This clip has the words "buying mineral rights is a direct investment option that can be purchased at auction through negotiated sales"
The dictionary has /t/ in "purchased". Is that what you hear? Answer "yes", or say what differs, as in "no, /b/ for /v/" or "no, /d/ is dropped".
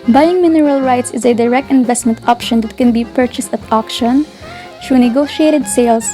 yes